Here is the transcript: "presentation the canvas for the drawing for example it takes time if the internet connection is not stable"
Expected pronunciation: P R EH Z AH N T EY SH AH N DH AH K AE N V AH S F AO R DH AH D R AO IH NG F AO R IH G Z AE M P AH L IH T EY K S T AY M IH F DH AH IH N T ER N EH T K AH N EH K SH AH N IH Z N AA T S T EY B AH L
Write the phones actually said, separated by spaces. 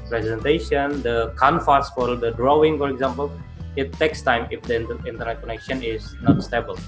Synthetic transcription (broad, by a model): P R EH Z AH N T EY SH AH N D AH K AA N F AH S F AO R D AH D R AO IH NG F AO R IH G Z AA M P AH L IH T EY K S T AY M IH F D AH IH N T ER N EH T K AH N EH K SH AH N IH Z N AA T S T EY B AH L